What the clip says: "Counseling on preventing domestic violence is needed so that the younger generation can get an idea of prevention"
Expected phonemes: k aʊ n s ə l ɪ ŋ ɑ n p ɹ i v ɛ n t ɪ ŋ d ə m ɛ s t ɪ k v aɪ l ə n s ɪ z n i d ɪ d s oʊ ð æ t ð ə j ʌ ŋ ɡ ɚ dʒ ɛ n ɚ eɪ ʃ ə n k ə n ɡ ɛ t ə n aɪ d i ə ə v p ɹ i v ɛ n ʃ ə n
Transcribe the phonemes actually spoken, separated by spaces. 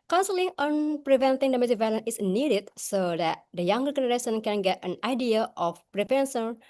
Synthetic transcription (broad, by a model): k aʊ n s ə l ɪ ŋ ɑ n p ɹ i v ɛ n t ɪ ŋ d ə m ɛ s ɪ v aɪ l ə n ɪ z n i d ɪ d s oʊ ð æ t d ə j ʌ ŋ ɡ ɚ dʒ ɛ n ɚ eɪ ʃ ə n k ə n ɡ ɛ t ə n aɪ d i ə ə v p ɹ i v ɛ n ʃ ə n